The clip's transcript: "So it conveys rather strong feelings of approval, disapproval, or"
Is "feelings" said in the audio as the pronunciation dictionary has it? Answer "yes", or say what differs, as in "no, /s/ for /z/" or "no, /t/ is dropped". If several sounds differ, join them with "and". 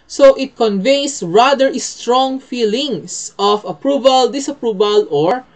no, /s/ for /z/